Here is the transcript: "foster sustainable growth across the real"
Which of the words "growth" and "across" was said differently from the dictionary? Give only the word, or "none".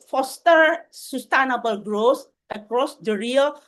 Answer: growth